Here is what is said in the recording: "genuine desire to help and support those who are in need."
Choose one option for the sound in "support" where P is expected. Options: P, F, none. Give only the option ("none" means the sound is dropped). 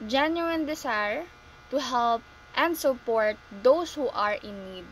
P